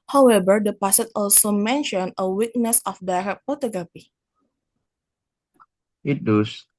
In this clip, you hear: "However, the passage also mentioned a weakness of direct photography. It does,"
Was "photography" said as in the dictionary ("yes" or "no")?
no